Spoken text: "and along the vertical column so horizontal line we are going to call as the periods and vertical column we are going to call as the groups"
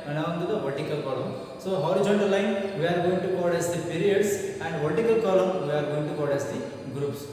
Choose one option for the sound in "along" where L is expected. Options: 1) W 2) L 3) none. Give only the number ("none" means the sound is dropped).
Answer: 1